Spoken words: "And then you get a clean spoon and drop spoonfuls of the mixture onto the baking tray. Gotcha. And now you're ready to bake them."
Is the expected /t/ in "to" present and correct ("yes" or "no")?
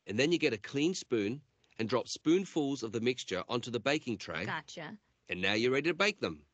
yes